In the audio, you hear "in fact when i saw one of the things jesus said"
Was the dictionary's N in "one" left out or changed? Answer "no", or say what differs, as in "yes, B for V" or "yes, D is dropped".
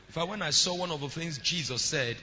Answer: no